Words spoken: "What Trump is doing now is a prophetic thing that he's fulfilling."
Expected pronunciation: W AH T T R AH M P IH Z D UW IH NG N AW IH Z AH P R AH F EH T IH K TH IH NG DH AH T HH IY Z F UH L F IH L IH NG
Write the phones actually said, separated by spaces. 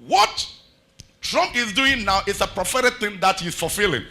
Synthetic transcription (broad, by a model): W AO T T R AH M IH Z D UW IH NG N AW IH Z AH P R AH F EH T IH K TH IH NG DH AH T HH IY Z F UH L F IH L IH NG